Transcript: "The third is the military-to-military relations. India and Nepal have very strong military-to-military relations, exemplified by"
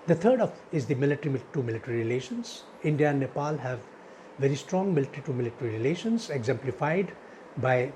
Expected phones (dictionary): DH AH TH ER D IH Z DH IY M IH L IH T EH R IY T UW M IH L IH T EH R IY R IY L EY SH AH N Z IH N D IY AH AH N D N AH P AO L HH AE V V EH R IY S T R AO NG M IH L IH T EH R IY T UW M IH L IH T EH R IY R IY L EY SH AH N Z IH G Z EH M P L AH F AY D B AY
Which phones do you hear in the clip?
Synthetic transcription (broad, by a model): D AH T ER D IH Z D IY M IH L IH T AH R IY T UW M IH L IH T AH R IY R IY L EY SH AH N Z IH N D IY AH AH N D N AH P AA L HH AE V V EH R IY S T R AO NG M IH L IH T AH R IY T UW M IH L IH T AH R IY R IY L EY SH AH N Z IH G Z EH M P L AH F AY D B AY